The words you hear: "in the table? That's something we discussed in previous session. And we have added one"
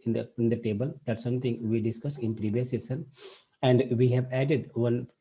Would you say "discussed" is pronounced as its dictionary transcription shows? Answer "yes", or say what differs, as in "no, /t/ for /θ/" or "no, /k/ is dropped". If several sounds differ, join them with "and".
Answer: no, /t/ is dropped